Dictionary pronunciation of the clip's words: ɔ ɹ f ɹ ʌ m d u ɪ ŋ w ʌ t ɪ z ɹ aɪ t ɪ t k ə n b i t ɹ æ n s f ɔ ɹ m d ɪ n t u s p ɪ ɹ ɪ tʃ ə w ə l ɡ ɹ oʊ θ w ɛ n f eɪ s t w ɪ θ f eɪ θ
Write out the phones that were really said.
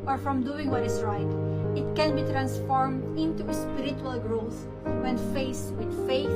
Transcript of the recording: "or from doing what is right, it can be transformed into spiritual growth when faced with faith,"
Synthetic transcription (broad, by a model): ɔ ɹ f ɹ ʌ m d u ɪ ŋ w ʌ t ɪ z ɹ aɪ t ɪ t k ə n b i t ɹ æ n s f ɔ ɹ m d ɪ n t u s p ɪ ɹ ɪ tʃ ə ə l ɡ ɹ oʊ s w ɛ n f eɪ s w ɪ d f eɪ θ